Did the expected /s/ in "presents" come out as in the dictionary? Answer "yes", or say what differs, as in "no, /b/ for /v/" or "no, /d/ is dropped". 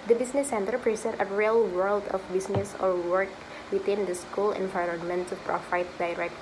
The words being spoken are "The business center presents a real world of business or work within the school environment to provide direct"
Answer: no, /s/ is dropped